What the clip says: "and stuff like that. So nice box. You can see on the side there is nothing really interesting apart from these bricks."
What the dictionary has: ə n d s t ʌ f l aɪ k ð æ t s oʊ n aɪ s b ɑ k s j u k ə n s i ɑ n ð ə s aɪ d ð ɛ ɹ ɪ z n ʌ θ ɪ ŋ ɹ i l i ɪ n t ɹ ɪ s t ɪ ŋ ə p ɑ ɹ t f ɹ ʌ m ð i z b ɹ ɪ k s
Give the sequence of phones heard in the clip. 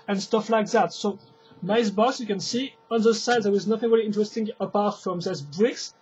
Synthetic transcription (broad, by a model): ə n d s t ʌ f l aɪ k ð æ t s oʊ n aɪ s b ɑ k s j u k ə n s i ɑ n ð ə s aɪ d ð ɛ w ɪ z n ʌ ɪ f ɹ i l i ɪ n t ɹ ɪ s t ɪ ŋ ə p ɑ ɹ t f ɹ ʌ m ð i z b ɹ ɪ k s